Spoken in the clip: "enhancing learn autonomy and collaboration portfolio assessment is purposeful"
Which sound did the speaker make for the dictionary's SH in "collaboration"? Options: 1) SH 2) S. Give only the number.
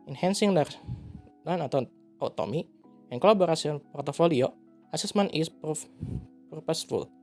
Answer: 2